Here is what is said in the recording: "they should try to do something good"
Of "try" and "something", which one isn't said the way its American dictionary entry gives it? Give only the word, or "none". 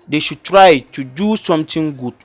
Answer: something